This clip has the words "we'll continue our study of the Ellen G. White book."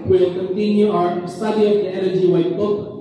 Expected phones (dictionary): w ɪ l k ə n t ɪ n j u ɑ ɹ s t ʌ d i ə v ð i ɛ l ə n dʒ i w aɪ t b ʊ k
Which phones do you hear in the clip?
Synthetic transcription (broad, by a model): w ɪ l k ə n t ɪ n j u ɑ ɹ s t ʌ d i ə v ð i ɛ n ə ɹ dʒ i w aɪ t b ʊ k